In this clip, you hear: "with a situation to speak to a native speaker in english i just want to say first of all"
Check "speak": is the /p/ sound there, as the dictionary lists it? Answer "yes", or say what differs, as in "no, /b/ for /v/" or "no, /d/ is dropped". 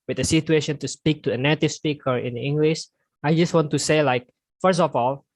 yes